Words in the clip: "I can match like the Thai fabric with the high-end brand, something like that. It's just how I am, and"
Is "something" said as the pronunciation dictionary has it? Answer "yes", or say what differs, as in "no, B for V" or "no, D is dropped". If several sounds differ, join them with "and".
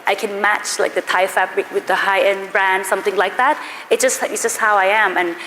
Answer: yes